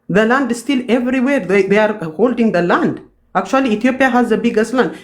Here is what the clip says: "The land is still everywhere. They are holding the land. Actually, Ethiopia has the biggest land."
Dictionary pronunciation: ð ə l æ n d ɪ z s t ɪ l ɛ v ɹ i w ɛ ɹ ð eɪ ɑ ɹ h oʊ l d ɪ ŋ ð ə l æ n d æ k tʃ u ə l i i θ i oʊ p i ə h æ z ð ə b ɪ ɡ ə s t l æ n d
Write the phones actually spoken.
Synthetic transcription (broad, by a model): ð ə l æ n d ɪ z s t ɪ l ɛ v ɹ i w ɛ ɹ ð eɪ ɑ ɹ h oʊ l d ɪ ŋ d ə l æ n d æ k tʃ u ə l i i t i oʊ p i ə h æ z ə b ɪ ɡ ə s t l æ n d